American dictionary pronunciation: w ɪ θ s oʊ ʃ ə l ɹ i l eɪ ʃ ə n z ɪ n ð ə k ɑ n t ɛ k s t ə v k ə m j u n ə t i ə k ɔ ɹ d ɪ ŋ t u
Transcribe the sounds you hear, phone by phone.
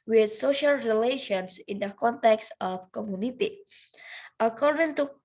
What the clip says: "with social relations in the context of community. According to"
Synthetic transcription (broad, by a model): w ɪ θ s oʊ ʃ ə l ɹ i l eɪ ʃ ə n s ɪ n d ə k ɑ n t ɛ k s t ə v k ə m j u n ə t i ə k ɔ ɹ d ɪ ŋ t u